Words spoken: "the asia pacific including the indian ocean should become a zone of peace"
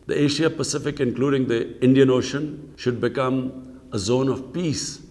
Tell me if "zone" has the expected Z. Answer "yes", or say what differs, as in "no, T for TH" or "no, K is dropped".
yes